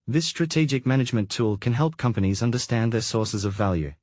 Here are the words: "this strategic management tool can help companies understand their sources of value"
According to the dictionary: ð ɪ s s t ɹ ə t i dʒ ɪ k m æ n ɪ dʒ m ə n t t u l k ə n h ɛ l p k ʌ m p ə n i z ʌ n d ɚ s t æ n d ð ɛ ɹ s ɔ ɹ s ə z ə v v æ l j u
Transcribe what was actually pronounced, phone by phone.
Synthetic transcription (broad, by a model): ð ɪ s s t ɹ ə t i dʒ ɪ k m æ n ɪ dʒ m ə n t t u l k ə n h ɛ l p k ʌ m p ə n i z ʌ n d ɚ s t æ n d ð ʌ ɹ s ɔ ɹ s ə z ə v v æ l j u